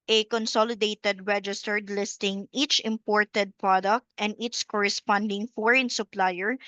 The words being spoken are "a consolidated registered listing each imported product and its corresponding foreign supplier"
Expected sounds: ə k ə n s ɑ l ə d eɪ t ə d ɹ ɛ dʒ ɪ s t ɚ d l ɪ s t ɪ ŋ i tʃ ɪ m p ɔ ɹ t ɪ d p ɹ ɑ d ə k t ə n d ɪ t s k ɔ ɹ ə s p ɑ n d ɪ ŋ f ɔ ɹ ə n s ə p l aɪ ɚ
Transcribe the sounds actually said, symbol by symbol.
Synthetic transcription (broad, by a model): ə k ə n s ɑ l ə d eɪ t ə d ɹ ɛ dʒ ɪ s t ɚ d l ɪ s t ɪ ŋ i tʃ ɪ m p ɔ ɹ t ɪ d p ɹ ɑ d ə k t ə n d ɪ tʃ k ɔ ɹ ə s p ɑ n d ɪ ŋ f ɔ ɹ ə n s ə p l aɪ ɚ